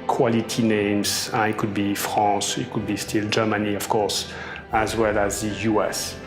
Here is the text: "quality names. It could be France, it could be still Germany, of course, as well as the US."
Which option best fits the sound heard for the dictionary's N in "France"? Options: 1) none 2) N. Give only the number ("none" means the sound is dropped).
1